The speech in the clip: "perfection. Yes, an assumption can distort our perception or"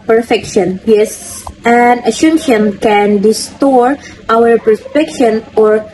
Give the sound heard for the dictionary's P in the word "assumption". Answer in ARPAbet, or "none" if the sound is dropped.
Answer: none